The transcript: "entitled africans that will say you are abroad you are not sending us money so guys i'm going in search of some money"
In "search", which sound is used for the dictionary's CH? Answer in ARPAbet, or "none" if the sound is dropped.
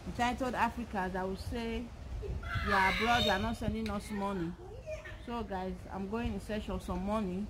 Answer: SH